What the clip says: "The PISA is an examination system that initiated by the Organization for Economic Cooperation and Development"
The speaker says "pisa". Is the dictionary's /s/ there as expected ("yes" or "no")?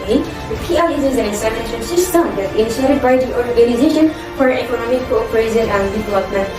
no